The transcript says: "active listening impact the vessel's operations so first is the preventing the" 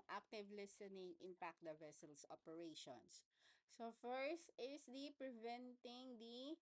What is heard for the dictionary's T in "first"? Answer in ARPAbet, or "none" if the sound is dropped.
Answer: T